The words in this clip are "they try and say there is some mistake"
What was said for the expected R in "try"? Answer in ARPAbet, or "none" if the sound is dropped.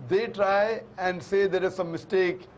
R